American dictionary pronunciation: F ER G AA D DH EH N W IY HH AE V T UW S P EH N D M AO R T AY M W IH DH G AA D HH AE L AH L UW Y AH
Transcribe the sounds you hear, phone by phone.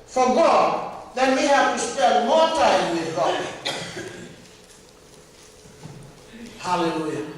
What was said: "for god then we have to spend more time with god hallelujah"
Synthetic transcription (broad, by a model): F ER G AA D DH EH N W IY HH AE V T UW S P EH D M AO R T AY M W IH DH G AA HH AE L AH L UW Y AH